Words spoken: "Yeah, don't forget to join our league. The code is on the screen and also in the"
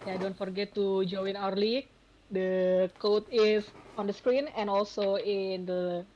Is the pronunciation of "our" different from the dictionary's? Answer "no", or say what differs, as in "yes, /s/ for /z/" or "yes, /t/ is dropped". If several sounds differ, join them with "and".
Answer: no